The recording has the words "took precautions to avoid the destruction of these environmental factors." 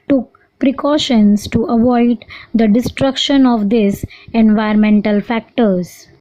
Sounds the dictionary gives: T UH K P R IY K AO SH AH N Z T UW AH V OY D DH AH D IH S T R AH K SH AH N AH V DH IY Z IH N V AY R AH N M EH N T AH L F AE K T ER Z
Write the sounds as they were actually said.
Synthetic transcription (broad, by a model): T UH K P R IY K AO SH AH N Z T UW AH V OY D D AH D IH S T R AH K SH AH N AH V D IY S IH N V AY AH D M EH N T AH L F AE K T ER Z